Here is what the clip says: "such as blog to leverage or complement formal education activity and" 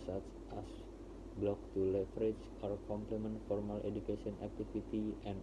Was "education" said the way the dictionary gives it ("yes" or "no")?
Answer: no